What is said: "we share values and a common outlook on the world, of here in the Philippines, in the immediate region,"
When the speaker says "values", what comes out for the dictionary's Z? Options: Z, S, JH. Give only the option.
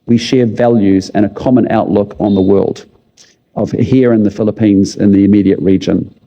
Z